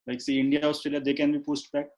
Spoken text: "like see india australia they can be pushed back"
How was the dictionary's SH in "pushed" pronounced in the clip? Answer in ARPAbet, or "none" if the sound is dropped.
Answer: S